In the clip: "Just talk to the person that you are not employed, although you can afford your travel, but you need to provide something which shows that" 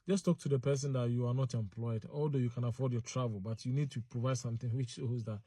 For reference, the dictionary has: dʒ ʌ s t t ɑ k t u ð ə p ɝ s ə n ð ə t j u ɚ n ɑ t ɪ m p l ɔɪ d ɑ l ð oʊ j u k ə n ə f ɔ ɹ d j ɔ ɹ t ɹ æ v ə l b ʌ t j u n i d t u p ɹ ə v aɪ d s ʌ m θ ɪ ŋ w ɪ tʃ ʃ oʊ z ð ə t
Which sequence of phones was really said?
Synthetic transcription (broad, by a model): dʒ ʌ s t t ɑ k t u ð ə p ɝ s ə n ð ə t j u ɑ n ɑ t ɪ m p l ɔɪ d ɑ l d oʊ j u k ə n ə f ɔ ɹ d j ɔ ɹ t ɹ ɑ v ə l b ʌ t j u n i d t u p ɹ ə v aɪ d s ʌ m θ ɪ ŋ w ɪ tʃ s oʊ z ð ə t